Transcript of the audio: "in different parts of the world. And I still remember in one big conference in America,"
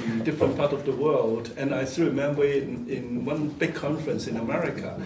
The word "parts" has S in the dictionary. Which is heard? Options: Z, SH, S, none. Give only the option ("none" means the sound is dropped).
none